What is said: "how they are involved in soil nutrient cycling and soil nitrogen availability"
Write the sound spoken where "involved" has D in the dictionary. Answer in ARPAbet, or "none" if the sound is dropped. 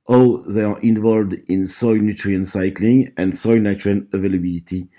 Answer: D